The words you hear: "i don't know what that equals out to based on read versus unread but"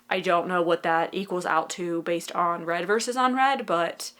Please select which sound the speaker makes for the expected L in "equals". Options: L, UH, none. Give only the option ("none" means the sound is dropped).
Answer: L